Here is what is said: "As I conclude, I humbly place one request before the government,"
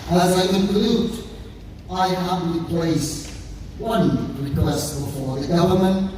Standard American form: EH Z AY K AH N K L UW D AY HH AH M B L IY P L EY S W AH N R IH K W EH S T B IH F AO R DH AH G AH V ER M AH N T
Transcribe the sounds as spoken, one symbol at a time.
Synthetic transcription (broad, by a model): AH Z AY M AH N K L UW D AY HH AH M L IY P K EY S W AH N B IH K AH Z B IH F AO R DH AH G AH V ER M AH N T